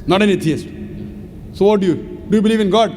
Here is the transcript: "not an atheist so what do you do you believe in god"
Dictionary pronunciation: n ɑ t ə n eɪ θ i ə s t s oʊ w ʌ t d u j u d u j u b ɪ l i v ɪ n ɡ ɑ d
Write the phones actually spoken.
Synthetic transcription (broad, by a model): n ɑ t ə n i t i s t s oʊ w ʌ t d u j u d u j u b ɪ l i v ɪ n ɡ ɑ d